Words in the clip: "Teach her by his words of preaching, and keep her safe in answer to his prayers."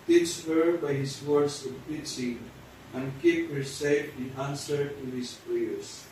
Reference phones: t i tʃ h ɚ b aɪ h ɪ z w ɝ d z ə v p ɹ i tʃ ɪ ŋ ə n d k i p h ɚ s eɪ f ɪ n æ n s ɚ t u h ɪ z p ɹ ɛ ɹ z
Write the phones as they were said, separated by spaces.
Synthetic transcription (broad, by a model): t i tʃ h ɚ b aɪ h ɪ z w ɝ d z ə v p i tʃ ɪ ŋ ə n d k i p h ɚ s eɪ f ɪ n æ n s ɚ t u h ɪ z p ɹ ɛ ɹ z